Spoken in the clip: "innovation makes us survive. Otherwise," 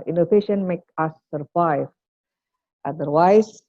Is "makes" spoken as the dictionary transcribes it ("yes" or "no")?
no